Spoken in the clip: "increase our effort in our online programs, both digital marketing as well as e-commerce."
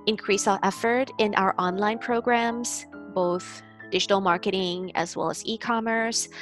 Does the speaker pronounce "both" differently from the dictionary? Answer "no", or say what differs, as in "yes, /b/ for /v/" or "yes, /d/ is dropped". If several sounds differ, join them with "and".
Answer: no